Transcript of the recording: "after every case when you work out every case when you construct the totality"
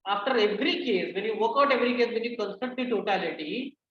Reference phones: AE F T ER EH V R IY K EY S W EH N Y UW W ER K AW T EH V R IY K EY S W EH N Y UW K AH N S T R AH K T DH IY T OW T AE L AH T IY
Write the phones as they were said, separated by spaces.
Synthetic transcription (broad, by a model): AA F T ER EH V R IY K EY S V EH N Y UW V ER K AW T EH V R IY K EY S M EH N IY K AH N S T AH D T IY T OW T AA L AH T IY